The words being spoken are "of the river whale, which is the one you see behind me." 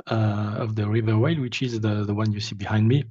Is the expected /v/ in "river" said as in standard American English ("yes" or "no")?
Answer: yes